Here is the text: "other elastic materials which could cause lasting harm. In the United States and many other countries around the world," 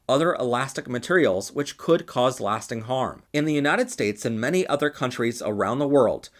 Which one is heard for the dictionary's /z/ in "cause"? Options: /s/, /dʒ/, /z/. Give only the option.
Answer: /z/